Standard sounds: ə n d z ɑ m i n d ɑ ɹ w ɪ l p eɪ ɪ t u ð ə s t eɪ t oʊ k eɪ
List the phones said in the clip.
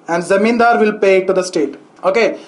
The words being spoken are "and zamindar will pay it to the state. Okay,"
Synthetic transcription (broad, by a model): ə n d z ɑ m i n d ɑ ɹ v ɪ l p eɪ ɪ t u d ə s t eɪ t oʊ k eɪ